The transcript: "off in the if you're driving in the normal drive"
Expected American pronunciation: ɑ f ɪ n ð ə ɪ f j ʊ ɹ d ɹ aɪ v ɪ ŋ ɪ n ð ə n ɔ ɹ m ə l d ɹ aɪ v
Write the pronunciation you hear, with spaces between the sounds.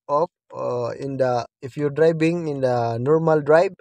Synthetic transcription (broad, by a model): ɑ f ɪ n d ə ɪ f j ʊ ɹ d ɹ aɪ b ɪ ŋ ɪ n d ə n ɔ ɹ m ə l d ɹ aɪ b